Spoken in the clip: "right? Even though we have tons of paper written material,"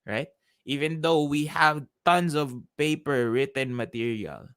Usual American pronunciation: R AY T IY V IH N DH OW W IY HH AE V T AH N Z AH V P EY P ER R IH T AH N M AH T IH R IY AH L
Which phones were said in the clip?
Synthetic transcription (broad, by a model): R AY T IY V IH N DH OW W IY HH AE V T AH N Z AH V P EY P ER R IH T AH N M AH T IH R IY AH L